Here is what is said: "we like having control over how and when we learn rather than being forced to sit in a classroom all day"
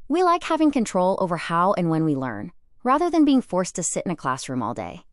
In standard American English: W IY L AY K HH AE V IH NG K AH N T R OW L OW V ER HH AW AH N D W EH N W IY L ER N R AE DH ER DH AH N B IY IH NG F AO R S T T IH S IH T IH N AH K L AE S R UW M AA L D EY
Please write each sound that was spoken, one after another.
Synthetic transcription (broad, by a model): W IY L AY K HH AE V IH NG K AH N T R OW L OW V ER HH AW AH N W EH N W IY L ER N R AE DH ER DH AH N B IY IH NG F AO R S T T IH S IH T IH N AH K L AE S R UW M AA L D EY